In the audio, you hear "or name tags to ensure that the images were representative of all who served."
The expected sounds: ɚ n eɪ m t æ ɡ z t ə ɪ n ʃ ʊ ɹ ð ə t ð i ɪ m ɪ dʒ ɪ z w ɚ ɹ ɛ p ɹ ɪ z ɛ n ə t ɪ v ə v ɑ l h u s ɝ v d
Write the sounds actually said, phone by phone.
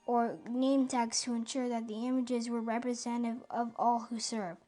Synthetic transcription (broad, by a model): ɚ n eɪ m t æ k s t ə ɪ n ʃ ʊ ɹ ð ə t ð i ɪ m ɪ dʒ ɪ z w ɚ ɹ ɛ p ɹ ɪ z ɛ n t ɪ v ə v ɑ l h u s ɝ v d